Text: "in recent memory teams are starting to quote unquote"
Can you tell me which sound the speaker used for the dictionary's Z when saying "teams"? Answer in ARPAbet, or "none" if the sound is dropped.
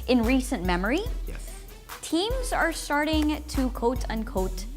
Z